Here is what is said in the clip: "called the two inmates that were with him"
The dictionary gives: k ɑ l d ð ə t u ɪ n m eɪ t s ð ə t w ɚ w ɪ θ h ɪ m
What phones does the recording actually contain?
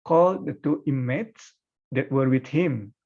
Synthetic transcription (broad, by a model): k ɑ l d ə t u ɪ m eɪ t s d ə t w ɚ w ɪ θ h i m